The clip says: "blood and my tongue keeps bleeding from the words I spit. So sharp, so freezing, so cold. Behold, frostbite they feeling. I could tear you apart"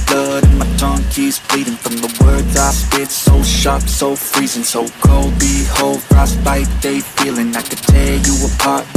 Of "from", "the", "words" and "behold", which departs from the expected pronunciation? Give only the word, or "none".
none